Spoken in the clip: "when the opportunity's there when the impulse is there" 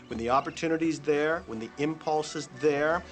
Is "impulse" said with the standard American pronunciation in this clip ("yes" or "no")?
yes